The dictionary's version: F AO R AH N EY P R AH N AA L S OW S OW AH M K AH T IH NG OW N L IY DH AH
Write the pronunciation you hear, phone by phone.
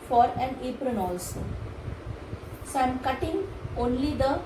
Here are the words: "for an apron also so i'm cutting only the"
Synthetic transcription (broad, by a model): F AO R AH N EY P R AH N AA L S OW S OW AH M K AH T IH NG OW N L IY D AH